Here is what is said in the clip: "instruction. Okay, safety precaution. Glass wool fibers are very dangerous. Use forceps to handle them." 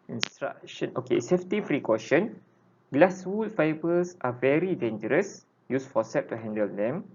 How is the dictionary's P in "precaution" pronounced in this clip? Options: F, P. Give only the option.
F